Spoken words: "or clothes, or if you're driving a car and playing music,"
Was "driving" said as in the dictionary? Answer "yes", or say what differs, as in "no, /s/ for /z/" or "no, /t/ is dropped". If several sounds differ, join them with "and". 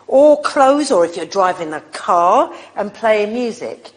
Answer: yes